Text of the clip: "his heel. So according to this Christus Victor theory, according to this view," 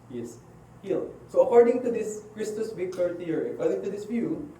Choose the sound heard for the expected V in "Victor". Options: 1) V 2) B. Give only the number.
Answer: 2